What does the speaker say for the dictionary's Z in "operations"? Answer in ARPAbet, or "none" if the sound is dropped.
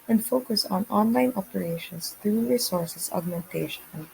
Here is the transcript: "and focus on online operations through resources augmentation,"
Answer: S